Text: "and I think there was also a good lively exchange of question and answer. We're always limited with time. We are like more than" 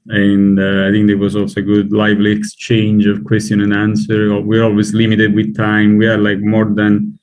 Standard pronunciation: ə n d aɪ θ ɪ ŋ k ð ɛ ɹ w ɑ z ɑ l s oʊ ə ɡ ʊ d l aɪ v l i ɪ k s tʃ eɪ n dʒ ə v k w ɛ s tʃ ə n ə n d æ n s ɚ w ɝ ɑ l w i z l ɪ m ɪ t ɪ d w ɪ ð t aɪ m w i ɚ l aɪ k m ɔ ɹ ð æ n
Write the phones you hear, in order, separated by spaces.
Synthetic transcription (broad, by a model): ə n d aɪ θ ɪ ŋ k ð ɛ w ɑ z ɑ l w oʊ ə ɡ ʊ d l aɪ v l i ɪ k s tʃ eɪ n dʒ ə v k w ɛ s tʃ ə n ə n d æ n s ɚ w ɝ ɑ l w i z l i m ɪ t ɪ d w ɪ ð t aɪ m w i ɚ l aɪ k m ɔ ɹ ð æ n